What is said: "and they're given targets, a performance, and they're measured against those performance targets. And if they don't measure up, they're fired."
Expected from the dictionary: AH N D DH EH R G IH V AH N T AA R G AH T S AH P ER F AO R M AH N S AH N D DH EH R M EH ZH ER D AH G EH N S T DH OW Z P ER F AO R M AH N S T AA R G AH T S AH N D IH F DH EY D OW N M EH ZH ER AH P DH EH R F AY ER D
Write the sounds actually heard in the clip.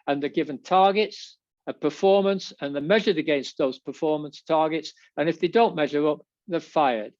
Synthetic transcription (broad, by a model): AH N DH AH R G IH V AH N T AA R G AH T S AH P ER F AO R M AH N S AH N DH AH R M EH ZH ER D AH G EH N S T DH OW Z P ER F AO R M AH N S T AA R G AH T S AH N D IH F DH EY D OW N M EH ZH ER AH P DH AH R F AY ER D